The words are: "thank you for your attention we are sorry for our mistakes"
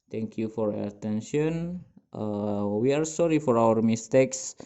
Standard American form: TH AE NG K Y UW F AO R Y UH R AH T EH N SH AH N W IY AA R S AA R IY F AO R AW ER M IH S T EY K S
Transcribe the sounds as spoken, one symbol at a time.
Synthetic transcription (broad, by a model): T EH NG K Y UW F AO R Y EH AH T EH N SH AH N W IY AA R S AA R IY F AO R AW ER M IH S T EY K S